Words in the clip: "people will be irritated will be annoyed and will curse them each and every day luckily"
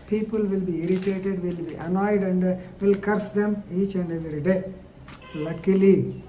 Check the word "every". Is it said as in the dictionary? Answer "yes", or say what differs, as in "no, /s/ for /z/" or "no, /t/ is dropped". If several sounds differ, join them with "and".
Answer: no, /v/ is dropped